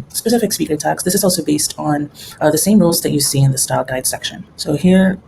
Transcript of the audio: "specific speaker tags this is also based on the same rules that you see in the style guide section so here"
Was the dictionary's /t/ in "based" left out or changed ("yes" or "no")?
no